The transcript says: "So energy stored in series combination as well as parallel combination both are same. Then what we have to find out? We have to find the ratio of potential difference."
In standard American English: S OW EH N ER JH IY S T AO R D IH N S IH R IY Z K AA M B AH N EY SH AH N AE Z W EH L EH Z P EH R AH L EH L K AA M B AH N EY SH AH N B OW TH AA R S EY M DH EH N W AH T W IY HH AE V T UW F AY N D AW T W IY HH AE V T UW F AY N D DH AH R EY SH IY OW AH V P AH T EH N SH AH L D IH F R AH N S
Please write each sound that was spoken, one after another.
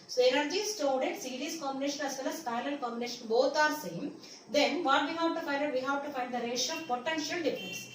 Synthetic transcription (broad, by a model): S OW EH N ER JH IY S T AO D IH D S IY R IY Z K AA M B AH N EY SH AH N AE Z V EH L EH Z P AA AH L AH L K AA M B AH N EY SH AH N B OW T AA R S EY M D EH N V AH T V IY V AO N T UW F AY N D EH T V IY HH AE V T UW F AY N D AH R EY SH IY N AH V P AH T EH N SH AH L D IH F R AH N S